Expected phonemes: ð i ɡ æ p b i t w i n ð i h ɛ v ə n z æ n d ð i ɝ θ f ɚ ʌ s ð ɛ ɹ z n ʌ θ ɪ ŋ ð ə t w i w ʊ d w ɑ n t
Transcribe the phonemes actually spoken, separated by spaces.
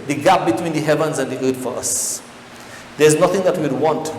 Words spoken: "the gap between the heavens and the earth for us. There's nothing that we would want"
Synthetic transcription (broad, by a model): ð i ɡ æ p b i t w i n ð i h ɛ v ə n z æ n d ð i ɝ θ f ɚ ʌ s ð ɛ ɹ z n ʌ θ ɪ ŋ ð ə t w i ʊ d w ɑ n t